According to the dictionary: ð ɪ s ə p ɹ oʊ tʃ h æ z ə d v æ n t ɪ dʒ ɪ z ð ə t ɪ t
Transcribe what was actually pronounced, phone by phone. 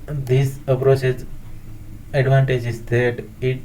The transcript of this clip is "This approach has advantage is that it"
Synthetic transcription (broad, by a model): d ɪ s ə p ɹ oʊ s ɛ s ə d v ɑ n t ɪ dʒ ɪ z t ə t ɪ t